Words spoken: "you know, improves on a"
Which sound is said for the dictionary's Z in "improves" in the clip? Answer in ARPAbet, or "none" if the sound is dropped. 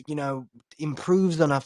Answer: Z